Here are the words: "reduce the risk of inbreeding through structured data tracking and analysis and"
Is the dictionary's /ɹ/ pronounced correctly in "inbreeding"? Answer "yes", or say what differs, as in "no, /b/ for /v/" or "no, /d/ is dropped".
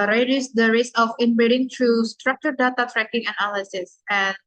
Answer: no, /ɹ/ is dropped